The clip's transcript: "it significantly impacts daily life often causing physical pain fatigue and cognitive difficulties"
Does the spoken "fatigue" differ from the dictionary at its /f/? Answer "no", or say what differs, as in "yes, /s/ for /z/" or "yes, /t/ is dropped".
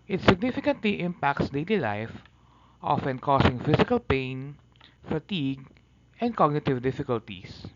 no